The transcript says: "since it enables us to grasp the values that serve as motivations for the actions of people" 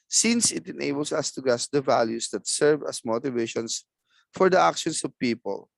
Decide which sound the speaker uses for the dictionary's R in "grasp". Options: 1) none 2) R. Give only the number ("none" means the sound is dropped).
1